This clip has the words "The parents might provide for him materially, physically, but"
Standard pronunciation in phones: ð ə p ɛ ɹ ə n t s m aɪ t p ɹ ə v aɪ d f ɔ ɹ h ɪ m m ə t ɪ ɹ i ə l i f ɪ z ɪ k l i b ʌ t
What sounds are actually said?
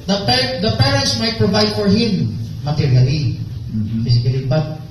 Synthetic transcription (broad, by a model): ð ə p ɛ ɹ ə n t s m aɪ t p ɹ ə v aɪ d f ɔ ɹ h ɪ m m ə t ɪ ɹ i ə l i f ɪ s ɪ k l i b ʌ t